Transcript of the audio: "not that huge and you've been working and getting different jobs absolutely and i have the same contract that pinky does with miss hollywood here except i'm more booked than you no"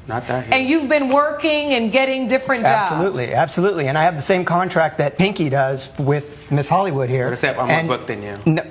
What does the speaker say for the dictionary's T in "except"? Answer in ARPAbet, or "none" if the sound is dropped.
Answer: none